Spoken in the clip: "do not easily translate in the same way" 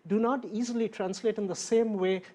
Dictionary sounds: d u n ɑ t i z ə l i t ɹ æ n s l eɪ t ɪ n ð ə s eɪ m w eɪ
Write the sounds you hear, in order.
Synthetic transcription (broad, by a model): d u n ɑ t i z ə l i t ɹ æ n s l eɪ t ɪ n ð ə s eɪ m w eɪ